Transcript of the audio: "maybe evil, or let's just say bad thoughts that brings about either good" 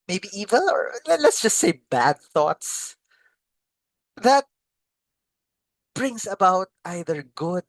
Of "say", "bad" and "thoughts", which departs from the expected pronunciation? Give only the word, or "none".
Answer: none